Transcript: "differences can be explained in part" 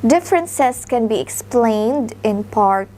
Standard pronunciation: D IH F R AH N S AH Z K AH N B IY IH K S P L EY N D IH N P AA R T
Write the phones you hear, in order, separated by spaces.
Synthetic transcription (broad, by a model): D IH F R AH N S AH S K AH N B IY IH K S P L EY N D IH N P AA R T